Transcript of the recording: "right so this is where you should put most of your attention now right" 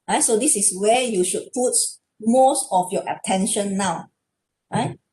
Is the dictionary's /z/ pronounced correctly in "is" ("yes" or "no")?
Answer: no